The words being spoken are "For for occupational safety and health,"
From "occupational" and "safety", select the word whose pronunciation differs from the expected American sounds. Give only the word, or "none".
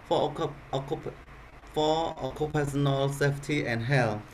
occupational